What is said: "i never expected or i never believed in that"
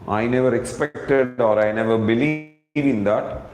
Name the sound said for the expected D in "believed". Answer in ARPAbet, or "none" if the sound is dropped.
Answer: none